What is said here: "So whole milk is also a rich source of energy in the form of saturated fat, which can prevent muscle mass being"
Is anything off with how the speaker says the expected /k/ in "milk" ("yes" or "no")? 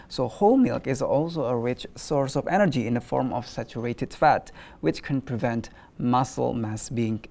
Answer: no